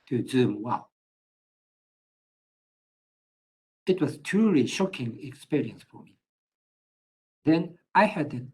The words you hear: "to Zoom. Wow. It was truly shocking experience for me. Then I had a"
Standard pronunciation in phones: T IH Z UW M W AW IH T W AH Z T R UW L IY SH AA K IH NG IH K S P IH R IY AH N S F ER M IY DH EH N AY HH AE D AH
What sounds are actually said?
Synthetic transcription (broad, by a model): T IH Z UW M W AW IH T W AH Z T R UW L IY SH AA K IH NG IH K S P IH R IY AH N S F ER M IY DH EH N AY HH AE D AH